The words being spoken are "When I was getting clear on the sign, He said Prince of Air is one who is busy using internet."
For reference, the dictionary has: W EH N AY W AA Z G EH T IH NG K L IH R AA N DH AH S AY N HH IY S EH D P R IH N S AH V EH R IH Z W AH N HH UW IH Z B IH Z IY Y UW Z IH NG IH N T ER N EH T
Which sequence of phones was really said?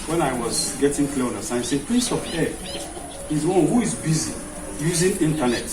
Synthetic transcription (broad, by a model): W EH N AY W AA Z G EH T IH NG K L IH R AA N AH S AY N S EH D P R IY S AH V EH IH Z W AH N HH UW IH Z B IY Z IY Y UW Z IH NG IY N T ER N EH T